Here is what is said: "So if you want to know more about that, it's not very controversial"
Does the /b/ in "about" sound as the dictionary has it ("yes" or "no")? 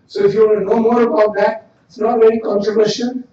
yes